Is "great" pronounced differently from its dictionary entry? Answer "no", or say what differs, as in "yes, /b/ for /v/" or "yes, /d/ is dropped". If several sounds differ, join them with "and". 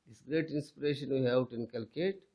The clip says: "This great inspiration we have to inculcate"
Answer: no